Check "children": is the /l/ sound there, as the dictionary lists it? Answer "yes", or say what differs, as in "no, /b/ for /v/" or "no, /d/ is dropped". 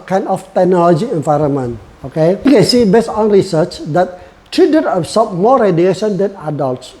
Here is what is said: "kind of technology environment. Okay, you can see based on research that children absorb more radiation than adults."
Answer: no, /l/ is dropped